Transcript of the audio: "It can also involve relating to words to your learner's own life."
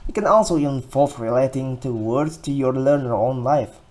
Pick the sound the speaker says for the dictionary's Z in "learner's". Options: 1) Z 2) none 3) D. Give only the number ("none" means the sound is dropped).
2